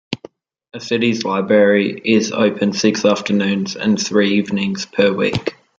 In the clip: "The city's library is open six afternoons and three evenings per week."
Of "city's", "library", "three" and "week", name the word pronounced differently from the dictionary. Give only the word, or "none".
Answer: none